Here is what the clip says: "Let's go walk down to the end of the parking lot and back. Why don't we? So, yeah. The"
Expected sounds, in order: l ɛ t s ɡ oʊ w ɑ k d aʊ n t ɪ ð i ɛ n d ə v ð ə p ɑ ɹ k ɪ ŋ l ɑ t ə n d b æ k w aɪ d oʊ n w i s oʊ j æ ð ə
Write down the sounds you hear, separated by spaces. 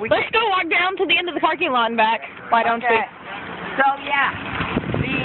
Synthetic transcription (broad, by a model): l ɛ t s ɡ oʊ w ɑ k d aʊ n t ɪ ð i ɛ n d ə v ð ə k ɑ ɹ k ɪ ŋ l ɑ ə n b æ k w aɪ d oʊ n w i s oʊ j æ